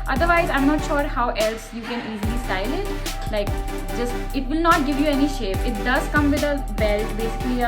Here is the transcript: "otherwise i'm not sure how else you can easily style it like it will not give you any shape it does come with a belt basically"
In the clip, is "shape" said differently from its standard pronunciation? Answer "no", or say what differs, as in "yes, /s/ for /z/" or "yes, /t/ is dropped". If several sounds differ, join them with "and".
no